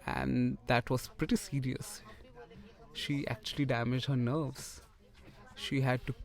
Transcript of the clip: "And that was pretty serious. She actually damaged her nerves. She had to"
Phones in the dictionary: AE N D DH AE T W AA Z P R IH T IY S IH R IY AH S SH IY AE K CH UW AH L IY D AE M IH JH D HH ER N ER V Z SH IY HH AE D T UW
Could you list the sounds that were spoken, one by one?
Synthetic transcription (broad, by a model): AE N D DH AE T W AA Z P R IH T IY S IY R IY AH S SH IY AE K CH UW AH L IY D AE M IH JH D HH ER N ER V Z SH IY HH AE D T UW